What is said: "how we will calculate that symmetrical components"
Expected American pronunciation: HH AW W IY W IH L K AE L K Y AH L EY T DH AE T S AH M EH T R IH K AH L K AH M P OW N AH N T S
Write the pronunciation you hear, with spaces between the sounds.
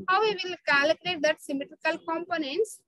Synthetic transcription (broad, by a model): HH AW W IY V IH L K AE L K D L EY T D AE T S AH M EH T R IH K AH L K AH M P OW N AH N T S